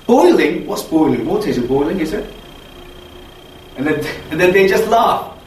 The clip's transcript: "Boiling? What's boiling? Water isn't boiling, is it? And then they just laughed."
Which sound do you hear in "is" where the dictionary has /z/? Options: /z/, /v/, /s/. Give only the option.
/z/